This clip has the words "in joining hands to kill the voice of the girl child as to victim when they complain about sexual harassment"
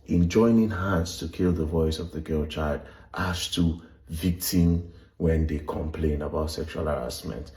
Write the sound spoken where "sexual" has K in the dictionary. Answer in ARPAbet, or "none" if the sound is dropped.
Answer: K